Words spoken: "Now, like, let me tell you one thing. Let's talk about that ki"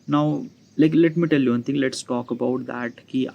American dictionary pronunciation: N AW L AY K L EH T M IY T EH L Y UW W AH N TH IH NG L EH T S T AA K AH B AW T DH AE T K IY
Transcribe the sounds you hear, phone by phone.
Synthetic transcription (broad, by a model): N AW L AY K L EH T M IY T EH L Y UW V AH N T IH NG L EH T S T AA K AH B AW T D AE T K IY